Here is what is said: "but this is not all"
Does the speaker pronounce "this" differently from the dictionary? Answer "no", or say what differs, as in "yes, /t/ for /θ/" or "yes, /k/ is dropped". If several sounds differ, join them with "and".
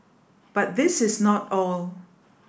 no